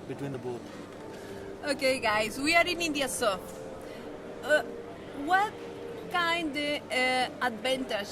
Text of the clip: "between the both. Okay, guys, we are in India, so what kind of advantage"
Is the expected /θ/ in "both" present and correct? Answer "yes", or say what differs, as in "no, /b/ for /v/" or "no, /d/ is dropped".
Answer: no, /t/ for /θ/